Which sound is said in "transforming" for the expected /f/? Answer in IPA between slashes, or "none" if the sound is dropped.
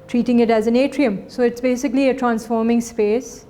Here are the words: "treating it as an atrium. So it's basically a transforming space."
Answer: /f/